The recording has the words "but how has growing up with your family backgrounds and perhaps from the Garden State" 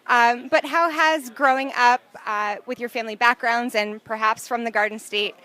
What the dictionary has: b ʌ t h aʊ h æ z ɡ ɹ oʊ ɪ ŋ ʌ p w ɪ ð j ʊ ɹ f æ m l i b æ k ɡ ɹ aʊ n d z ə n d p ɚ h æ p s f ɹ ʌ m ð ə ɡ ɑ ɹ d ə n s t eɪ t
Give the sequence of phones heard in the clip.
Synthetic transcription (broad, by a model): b ʌ t h aʊ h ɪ z ɡ ɹ oʊ ɪ ŋ ʌ p w ɪ ð j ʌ ɹ f æ m l i b æ k ɡ ɹ aʊ n d z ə n p ɚ h æ p s f ɹ ʌ m ð ə ɡ ɑ ɹ d n s t eɪ t